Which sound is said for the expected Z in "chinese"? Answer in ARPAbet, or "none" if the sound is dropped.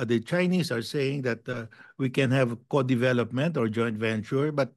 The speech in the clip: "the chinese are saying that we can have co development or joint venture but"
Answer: S